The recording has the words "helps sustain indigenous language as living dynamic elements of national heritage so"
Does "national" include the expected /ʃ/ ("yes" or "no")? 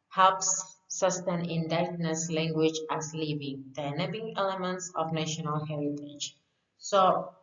yes